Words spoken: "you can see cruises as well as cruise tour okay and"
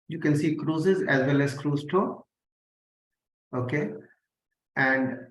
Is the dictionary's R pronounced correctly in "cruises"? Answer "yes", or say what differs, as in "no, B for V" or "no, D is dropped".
yes